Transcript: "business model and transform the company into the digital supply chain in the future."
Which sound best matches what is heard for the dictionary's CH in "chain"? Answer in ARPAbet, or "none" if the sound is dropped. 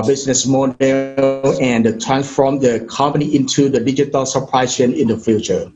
S